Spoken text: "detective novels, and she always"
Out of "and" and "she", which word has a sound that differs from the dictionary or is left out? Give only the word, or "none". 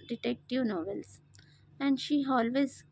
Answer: none